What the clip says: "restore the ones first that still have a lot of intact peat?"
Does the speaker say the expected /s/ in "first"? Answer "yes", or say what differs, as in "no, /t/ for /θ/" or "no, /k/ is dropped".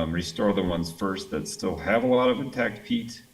yes